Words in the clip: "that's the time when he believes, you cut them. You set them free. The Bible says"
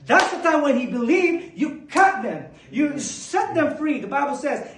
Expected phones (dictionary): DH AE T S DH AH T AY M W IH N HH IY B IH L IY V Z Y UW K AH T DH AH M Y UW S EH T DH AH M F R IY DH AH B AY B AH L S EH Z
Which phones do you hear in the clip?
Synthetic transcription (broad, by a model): DH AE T S DH AH T AY M W IH N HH IY B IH L IY V Y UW K AH T DH AH M Y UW S EH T DH AH M F R IY DH AH B AY B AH L S EH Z